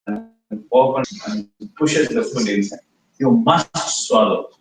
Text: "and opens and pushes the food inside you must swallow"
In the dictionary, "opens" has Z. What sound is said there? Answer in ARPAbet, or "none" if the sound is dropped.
none